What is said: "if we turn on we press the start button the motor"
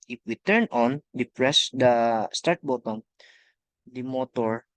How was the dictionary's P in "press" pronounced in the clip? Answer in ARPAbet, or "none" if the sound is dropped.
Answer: P